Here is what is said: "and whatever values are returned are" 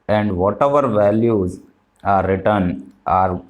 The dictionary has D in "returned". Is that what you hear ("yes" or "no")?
no